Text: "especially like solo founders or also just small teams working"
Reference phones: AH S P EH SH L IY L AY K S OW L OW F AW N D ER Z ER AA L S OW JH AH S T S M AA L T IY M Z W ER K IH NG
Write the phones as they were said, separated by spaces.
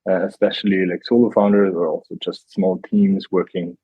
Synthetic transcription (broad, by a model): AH S P EH SH L IY L AY K S OW L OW F AW N D ER Z ER AA L S OW JH AH S T S M AA L T IY M Z W ER K IH NG